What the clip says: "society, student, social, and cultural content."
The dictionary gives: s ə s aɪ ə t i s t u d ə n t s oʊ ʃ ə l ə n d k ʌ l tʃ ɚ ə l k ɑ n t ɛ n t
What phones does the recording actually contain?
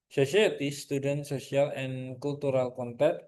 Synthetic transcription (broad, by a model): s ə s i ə t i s t u d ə n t s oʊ s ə l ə n k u l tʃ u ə l k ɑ n t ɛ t